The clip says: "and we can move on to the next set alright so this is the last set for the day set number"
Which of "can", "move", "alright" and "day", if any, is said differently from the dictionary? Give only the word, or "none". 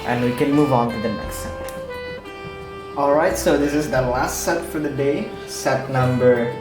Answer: none